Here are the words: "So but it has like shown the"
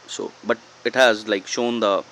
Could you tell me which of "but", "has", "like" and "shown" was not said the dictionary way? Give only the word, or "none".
none